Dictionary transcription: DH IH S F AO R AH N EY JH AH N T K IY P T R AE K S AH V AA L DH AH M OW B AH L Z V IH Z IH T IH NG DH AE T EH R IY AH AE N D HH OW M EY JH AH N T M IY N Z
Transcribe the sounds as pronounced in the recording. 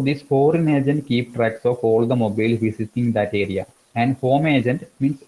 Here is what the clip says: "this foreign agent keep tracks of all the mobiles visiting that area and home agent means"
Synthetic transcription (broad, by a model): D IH S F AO R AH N EY JH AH N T K IY P T R AE K S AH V AA L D AH M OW B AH L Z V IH S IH S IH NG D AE T EH R IY AH AE N D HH OW M EY JH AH N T M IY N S